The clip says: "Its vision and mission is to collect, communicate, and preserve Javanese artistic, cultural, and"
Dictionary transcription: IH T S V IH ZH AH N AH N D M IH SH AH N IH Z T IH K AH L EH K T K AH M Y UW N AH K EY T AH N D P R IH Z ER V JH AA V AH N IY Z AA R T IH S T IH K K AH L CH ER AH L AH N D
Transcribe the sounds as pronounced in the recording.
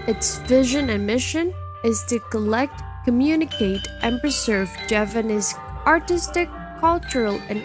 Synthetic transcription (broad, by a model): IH T S V IH ZH AH N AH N M IH SH AH N IH Z T IH K AH L EH K T K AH M Y UW N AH K EY T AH N P R IH Z ER V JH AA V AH N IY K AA R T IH S T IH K K AH L CH ER AH L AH N